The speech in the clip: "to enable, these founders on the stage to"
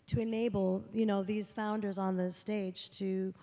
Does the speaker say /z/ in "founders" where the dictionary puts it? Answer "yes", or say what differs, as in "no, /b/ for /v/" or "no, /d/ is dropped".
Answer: yes